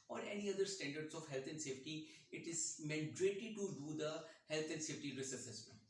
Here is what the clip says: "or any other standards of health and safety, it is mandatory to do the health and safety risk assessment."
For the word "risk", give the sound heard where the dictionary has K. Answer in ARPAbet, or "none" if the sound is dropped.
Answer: none